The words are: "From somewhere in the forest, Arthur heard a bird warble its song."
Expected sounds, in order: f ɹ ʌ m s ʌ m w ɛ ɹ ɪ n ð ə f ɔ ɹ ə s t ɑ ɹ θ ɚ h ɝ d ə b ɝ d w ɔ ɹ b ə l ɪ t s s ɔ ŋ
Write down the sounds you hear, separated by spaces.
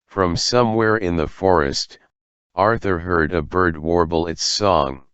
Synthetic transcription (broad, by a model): f ɹ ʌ m s ʌ m w ɛ ɹ ɪ n ð ə f ɔ ɹ ə s t ɑ ɹ θ ɚ h ɝ d ə b ɝ d w ɔ ɹ b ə l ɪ t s s ɔ ŋ